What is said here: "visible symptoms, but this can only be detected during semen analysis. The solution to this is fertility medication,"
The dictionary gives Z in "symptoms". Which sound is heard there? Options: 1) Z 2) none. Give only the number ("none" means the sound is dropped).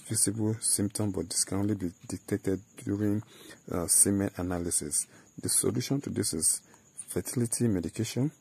2